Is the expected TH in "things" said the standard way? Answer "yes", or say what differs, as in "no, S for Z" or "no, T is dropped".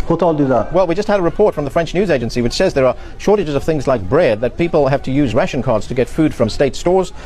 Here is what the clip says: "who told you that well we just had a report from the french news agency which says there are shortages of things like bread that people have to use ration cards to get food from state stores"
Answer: yes